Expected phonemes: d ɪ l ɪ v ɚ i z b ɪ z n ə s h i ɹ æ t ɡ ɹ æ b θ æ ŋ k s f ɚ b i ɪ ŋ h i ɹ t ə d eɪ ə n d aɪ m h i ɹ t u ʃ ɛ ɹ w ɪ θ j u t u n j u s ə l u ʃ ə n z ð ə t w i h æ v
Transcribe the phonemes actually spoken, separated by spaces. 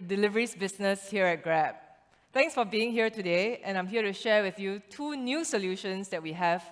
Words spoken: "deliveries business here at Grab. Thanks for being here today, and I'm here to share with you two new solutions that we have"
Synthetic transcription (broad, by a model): d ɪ l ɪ v ɚ i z b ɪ s n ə s h i ɹ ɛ t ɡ ɹ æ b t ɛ ŋ k s f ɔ b i ɪ ŋ h i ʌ t ə d eɪ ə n aɪ m h i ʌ t u ʃ ɛ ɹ w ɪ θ j u t u n j u s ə l u ʃ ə n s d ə t w i h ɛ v